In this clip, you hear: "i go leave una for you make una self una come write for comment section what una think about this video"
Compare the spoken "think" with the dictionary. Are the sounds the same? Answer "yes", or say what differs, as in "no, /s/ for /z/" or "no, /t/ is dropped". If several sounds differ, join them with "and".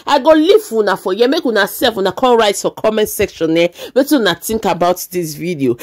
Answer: no, /t/ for /θ/